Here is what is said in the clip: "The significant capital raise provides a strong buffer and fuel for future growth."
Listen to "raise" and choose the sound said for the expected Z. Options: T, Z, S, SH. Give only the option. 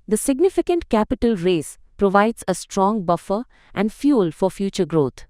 S